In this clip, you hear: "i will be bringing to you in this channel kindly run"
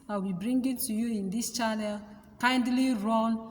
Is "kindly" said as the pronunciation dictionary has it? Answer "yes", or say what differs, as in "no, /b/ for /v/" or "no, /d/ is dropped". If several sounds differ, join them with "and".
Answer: yes